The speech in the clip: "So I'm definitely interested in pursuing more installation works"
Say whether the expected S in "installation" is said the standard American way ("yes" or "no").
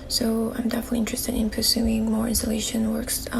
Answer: yes